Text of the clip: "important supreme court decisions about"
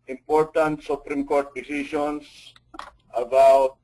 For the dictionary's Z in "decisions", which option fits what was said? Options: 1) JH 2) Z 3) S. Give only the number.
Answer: 3